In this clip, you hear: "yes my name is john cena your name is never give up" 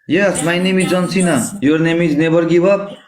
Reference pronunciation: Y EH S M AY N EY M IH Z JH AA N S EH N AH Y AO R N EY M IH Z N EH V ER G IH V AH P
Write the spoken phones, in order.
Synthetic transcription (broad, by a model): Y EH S M AY N EY M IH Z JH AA N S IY N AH Y AO R N EY M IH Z N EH B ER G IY B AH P